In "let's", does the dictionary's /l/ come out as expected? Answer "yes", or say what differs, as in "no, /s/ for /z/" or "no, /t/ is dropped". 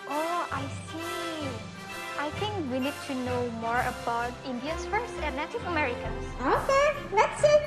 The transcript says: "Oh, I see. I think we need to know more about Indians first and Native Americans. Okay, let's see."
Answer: no, /n/ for /l/